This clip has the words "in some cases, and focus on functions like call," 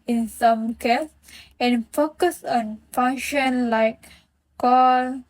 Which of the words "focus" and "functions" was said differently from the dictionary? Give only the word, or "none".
functions